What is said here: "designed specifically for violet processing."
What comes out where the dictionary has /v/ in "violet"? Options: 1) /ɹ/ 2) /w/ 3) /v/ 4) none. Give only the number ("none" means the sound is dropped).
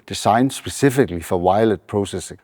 2